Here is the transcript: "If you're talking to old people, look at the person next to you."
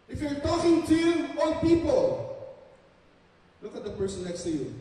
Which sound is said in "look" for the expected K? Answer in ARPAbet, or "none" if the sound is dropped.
K